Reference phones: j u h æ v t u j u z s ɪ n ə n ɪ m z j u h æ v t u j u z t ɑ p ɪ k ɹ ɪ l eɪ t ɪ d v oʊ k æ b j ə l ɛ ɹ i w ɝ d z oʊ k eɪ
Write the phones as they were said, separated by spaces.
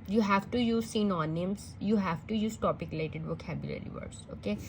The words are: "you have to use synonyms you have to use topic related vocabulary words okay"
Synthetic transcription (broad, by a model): j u h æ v t u j u z s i n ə n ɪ m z j u h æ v t u j u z t ɑ p ɪ k l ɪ ɪ t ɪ d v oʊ k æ b j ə l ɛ ɹ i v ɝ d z oʊ k eɪ